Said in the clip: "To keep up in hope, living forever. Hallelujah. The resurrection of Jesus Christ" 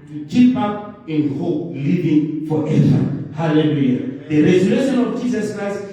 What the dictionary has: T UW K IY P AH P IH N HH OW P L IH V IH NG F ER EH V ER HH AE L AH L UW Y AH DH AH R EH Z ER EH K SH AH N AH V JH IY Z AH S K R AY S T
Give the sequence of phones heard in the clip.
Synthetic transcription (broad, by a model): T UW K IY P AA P IH N HH OW P L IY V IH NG F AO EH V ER HH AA L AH L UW Y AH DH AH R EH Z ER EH SH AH N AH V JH IY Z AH S K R AY S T